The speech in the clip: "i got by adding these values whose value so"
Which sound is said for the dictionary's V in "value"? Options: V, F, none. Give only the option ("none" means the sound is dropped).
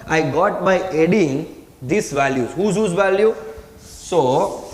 V